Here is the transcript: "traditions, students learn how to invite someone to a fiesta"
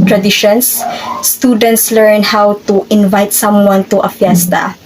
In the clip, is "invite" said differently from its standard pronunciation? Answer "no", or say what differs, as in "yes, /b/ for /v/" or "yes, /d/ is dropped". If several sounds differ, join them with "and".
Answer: no